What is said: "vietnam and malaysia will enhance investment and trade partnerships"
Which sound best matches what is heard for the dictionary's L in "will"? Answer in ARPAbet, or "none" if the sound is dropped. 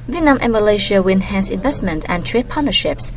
W